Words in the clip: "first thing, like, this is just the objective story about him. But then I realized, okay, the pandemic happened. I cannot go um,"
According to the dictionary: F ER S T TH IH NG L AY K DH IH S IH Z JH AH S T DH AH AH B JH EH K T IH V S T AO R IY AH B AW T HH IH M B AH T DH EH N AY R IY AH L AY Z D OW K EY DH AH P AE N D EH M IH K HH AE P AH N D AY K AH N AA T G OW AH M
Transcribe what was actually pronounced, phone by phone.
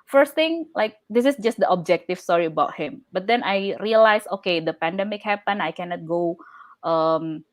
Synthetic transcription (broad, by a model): F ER S T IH NG L AY K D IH S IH S JH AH S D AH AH B JH EH K T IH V S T AO R IY AH B AW T HH IH M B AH T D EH N AY R IY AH L AY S OW K EY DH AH P AE N D EH M IH K HH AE P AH N AY K AH N AA T G OW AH M